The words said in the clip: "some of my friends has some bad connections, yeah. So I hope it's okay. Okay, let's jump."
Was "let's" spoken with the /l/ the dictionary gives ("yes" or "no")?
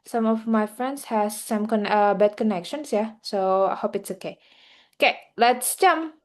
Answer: yes